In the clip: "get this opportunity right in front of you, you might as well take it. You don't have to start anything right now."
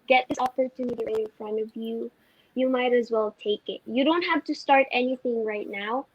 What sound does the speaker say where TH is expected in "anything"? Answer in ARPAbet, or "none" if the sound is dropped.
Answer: TH